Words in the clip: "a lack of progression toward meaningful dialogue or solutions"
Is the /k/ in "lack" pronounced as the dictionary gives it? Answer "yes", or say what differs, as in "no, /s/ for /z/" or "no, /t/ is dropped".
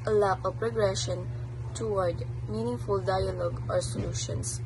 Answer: no, /k/ is dropped